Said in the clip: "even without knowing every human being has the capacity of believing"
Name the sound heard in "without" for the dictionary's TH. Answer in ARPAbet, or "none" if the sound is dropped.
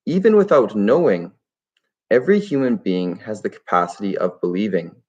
TH